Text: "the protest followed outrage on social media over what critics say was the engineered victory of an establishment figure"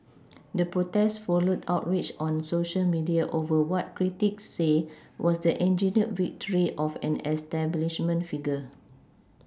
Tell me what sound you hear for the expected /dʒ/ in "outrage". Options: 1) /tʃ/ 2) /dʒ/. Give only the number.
1